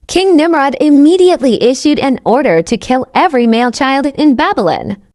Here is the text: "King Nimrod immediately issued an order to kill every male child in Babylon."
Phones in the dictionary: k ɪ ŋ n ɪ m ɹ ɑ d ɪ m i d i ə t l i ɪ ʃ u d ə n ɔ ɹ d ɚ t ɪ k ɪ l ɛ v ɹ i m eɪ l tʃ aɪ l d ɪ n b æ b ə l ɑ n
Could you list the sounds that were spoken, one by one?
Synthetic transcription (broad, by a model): k ɪ ŋ n ɪ m ɹ ɑ d ɪ m i d i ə t l i ɪ ʃ u d ə n ɔ ɹ d ɚ t ɪ k ɪ l ɛ v ɹ i m eɪ l tʃ aɪ l d ɪ n b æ b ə l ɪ n